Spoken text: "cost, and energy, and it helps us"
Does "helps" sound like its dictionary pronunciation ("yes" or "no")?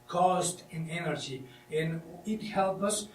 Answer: no